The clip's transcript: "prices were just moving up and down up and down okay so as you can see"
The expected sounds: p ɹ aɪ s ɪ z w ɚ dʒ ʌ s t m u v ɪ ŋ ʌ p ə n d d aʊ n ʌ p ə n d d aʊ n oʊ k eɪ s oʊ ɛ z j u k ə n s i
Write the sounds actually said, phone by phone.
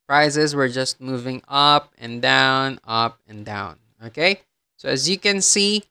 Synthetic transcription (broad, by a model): p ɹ aɪ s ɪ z w ɚ dʒ ʌ s t m u v ɪ ŋ ʌ p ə n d d aʊ n ʌ p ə n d d aʊ n oʊ k eɪ s oʊ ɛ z j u k ə n s i